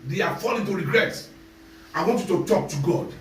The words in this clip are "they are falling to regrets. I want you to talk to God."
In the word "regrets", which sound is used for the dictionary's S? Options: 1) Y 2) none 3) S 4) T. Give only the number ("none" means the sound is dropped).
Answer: 2